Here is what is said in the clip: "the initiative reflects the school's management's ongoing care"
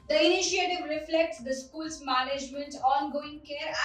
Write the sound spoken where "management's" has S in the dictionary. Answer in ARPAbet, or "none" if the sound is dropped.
none